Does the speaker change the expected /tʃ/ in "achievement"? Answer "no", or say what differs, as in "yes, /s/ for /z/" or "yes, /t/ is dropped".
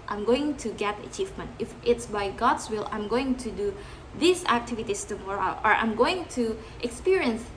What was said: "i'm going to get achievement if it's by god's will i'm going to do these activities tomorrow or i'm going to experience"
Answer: no